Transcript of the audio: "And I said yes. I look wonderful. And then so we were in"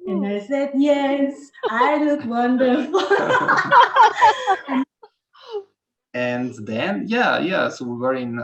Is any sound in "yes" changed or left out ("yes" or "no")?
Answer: no